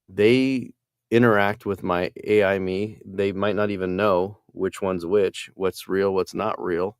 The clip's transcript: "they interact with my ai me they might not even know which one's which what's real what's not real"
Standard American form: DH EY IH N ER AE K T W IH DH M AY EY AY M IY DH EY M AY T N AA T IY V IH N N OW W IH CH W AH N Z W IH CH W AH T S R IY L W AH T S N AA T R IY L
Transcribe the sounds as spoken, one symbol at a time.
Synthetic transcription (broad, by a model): DH EY IH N ER AE K T W IH DH M AY EY AY M IY DH EY M AY T N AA T IY V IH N N OW W IH CH W AH N Z W IH CH W AH T S R IY L W AH T S N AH T R IY L